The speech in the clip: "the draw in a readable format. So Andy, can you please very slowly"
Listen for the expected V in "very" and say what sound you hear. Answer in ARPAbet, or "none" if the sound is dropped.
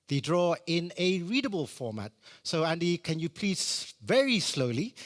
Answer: V